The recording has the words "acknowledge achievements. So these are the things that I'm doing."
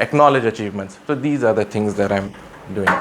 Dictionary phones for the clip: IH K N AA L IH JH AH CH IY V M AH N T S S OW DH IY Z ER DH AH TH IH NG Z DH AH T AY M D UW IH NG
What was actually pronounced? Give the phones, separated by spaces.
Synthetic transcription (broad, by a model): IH K N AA L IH JH AH CH IY V M AH N T S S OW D IY Z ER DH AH T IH NG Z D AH T AY M D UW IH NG